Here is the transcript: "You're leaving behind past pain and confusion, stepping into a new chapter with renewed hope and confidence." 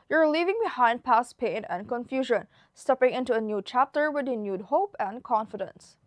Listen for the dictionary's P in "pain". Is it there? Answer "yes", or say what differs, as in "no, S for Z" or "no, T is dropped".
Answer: yes